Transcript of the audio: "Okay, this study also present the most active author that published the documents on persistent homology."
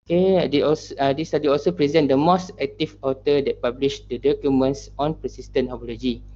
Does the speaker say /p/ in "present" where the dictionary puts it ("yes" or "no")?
yes